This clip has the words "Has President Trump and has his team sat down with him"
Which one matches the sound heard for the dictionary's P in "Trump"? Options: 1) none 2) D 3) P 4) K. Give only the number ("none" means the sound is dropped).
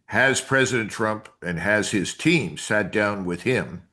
3